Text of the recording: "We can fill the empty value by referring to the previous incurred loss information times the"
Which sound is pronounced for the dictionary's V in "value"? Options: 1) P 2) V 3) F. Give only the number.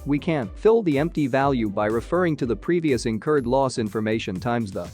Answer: 2